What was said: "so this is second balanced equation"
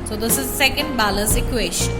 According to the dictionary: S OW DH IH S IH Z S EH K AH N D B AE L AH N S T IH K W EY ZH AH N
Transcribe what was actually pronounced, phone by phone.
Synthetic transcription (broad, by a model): S OW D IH S IH Z S EH K AH N D B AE L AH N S IH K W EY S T